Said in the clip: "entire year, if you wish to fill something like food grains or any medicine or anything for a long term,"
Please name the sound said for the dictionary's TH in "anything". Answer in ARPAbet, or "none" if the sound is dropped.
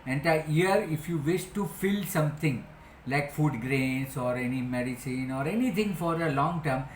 T